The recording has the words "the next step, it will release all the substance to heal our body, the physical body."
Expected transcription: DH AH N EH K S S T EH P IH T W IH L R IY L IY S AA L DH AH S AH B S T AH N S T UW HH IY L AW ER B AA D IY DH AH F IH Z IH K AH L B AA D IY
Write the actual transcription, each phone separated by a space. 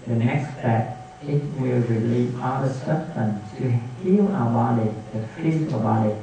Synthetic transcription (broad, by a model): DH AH N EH K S S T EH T IH T W IH L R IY L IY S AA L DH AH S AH S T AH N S T UW HH IY L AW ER B AA D IY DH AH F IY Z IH AH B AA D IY